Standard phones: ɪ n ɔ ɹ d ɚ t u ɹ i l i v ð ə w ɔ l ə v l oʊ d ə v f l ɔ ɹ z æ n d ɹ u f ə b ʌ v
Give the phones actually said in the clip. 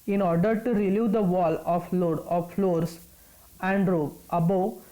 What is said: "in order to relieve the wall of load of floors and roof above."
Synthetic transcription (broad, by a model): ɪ n ɔ ɹ d ɚ t u ɹ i l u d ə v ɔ l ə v l oʊ d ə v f l ɔ ɹ s æ n d ɹ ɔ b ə b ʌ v